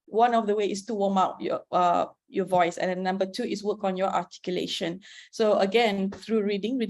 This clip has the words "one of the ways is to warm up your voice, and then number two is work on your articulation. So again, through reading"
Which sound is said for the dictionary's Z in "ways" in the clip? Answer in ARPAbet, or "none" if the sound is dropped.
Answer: none